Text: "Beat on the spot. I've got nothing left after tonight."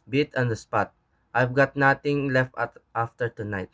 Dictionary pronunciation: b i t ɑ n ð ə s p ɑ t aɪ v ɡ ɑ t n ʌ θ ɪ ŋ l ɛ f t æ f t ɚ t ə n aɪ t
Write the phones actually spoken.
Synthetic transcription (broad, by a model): b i t ɑ n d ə s p ɑ t aɪ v ɡ ɑ t n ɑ t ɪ ŋ l ɛ f t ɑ f t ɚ t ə n aɪ t